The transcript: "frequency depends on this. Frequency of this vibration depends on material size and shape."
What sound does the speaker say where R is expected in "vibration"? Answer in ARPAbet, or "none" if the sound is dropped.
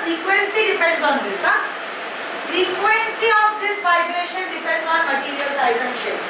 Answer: L